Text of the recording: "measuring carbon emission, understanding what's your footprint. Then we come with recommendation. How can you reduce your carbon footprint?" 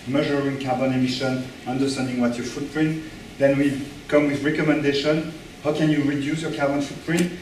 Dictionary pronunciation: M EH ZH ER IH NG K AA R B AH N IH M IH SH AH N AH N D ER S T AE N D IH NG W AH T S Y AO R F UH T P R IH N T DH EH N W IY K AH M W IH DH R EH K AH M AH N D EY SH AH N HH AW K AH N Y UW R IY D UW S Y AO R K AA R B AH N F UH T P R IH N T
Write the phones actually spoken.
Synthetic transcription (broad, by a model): M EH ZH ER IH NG K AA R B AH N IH M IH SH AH N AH N D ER S T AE N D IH NG W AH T Y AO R F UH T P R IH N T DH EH N W IY K AH M W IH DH R EH K AH M AH N D EY SH AH N HH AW K AH N Y UW R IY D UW S Y AO R K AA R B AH N F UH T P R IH N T